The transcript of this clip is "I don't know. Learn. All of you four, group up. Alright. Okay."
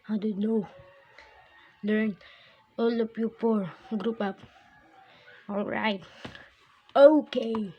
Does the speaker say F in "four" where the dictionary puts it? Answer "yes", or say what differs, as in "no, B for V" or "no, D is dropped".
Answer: no, P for F